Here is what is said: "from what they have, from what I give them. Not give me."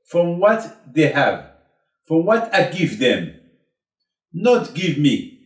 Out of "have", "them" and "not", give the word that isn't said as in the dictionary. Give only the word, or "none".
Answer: none